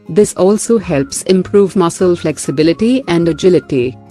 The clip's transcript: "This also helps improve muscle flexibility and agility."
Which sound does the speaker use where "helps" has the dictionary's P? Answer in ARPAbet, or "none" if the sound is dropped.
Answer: P